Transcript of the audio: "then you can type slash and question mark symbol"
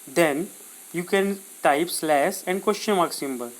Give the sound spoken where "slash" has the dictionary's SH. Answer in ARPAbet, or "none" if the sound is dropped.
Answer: S